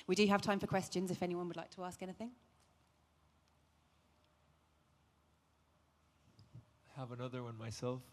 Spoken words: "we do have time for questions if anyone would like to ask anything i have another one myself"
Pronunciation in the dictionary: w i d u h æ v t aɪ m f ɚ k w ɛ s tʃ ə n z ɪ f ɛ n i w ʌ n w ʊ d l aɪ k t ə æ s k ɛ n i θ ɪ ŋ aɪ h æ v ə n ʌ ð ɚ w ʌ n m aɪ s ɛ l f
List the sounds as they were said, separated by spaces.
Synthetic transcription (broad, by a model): w i d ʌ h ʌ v t aɪ m f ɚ k w ɛ s tʃ ə n z ɪ f ɛ n i w ʌ n w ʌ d l aɪ k t ə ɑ s k ɛ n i θ ɪ ŋ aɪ h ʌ v ə n ʌ ð ɚ w ʌ n m aɪ s ɛ l f